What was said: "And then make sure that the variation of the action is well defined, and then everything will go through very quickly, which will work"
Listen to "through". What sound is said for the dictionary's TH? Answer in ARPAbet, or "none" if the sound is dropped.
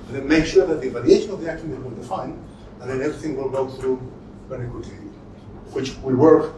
TH